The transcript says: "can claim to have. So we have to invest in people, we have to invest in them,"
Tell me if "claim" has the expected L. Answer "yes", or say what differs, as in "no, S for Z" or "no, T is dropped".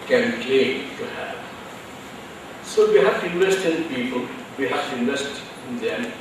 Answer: no, L is dropped